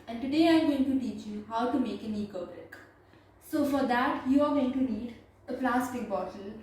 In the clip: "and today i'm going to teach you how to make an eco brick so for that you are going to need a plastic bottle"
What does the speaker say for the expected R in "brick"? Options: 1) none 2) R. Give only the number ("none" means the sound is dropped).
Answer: 1